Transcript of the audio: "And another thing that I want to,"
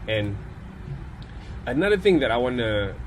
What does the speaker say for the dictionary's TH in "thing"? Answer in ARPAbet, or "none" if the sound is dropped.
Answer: TH